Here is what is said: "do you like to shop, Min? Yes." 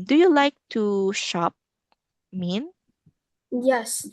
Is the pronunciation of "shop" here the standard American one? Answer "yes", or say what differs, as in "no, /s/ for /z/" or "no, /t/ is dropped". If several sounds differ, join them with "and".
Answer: yes